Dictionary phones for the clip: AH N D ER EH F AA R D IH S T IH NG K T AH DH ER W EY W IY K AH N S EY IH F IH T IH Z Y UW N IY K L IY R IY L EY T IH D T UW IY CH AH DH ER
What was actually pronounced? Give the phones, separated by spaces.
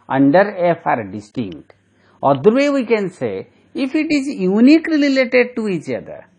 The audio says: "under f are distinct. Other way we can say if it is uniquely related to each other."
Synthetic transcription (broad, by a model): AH N D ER EH F AA R D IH S T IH NG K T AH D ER W EY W IY K AH N S EY IH F IH T IH Z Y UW N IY K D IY L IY L EY T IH D T UW IY CH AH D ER